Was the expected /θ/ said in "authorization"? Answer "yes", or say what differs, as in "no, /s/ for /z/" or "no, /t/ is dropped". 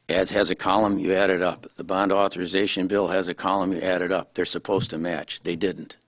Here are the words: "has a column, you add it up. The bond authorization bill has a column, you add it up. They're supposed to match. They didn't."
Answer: yes